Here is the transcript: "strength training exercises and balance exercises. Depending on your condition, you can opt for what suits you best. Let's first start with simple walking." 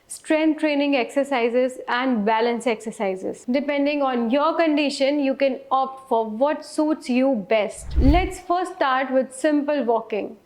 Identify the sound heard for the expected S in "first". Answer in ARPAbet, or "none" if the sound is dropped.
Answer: none